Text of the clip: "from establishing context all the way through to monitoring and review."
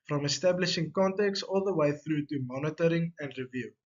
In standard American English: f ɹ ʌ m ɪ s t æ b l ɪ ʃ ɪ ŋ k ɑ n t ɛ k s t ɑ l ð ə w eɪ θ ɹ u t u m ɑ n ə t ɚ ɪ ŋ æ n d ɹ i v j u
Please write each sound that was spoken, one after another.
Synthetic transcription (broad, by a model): f ɹ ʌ m ɪ s t æ b l ɪ ʃ ɪ ŋ k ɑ n t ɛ k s ɑ l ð ə w eɪ θ ɹ u t u m ɑ n ə t ɚ ɪ ŋ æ n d ɹ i v j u